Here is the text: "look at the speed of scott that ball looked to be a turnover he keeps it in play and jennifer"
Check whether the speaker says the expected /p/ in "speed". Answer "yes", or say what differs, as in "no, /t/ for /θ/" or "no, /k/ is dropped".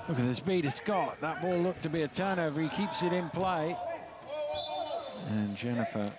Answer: no, /b/ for /p/